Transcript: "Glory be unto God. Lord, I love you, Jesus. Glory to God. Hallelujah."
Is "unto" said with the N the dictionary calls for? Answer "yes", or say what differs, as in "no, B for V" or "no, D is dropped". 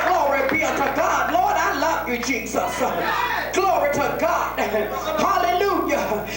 no, N is dropped